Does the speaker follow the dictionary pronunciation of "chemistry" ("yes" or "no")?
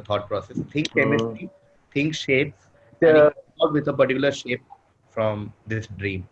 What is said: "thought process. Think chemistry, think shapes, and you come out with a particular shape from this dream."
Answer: no